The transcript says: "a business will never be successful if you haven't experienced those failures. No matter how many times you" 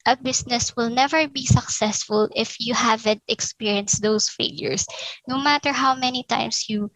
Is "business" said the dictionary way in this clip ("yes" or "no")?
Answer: no